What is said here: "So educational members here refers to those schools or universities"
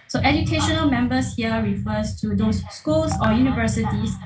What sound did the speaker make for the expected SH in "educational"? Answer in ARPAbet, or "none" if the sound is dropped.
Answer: SH